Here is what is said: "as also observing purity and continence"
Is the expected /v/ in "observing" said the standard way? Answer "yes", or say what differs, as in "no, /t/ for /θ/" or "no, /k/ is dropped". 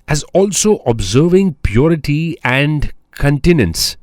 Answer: yes